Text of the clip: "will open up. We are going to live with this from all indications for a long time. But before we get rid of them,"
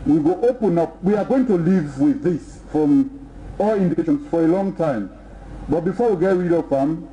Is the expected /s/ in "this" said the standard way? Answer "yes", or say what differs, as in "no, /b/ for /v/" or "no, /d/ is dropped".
yes